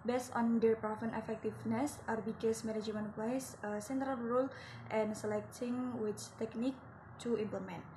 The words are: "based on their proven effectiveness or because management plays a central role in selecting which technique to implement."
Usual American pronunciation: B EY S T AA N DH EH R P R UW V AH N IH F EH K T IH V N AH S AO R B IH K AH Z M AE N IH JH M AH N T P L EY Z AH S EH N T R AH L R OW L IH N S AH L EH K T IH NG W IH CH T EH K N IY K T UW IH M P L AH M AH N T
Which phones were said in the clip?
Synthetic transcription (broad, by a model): B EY S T AA N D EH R P R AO F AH N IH F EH K T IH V N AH S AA R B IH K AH S M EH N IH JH M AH N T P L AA S AH S EH N T R AH L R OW L IH N S AH L EH K T IH NG W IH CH T EH K N IY K T UW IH M P L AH M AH N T